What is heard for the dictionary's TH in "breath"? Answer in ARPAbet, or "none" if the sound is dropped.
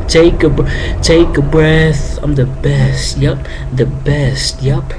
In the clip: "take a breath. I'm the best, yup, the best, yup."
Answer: TH